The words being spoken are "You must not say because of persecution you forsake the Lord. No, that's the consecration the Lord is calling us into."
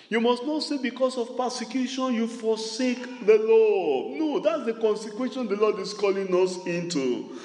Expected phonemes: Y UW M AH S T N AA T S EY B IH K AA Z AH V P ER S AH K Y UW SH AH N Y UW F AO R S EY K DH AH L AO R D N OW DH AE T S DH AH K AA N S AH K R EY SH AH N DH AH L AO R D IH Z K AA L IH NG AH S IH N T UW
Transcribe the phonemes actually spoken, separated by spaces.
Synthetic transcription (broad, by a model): Y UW M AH S T N AA T S EY B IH K AA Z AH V P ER S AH K Y UW SH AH N Y UW F AO S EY K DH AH L AO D N OW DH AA T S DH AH K AA N S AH K W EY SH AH N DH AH L AO D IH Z K AA L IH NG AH S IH N T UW